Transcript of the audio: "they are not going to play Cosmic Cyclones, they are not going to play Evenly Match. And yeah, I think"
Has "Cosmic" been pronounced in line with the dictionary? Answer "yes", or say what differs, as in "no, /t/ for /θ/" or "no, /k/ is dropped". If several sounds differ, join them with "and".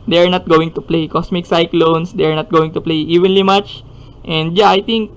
no, /s/ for /z/